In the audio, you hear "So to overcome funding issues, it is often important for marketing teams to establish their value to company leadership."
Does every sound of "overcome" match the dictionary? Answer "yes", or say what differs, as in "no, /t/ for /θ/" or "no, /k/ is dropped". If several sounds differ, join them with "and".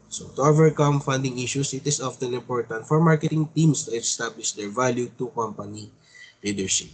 yes